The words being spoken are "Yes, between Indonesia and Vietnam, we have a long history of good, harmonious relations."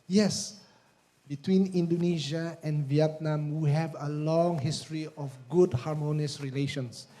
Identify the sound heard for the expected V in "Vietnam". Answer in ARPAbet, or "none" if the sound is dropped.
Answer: V